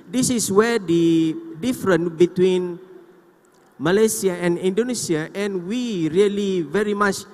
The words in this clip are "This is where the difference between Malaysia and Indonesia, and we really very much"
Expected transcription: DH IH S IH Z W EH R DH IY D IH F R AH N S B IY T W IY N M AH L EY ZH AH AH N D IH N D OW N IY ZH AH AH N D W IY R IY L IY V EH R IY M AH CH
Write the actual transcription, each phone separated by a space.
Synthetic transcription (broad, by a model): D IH S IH S W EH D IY D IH F R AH N B IY T W IY N M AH L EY S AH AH N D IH N D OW N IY S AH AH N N W IY R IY L IY V EH R IY M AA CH